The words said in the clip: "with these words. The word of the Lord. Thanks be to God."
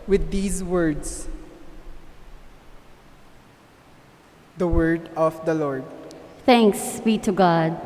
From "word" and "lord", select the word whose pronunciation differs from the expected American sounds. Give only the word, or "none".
none